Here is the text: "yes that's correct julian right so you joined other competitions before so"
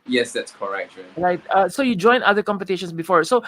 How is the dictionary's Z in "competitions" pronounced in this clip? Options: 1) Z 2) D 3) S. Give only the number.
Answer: 3